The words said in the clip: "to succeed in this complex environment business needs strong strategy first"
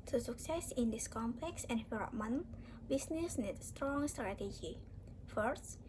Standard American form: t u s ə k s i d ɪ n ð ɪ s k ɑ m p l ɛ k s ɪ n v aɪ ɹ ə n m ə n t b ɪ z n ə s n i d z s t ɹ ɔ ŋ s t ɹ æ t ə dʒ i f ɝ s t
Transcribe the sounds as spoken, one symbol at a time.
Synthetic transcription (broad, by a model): t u s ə k s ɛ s ɪ n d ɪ s k ɑ m p l ɛ k s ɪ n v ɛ l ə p m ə n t b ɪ s n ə s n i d s t ɹ ɔ ŋ s t ɹ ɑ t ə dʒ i f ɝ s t